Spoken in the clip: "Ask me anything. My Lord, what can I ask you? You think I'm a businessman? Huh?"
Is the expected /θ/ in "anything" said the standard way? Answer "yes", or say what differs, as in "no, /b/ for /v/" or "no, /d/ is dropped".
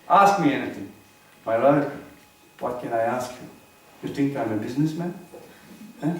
no, /t/ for /θ/